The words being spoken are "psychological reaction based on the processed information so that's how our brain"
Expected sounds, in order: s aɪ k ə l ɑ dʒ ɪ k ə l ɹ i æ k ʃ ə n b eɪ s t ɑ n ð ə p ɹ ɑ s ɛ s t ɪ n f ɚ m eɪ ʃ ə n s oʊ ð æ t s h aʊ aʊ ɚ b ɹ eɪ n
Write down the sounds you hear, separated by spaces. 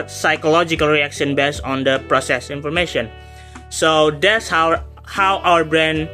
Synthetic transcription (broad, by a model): s aɪ k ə l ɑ dʒ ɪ k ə l ɹ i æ k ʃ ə n b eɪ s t ɑ n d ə p ɹ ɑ s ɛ s ɪ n f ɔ m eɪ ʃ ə n s oʊ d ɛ t s h aʊ aʊ ɚ b ɹ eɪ n